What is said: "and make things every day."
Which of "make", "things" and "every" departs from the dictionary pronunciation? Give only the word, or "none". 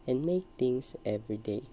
things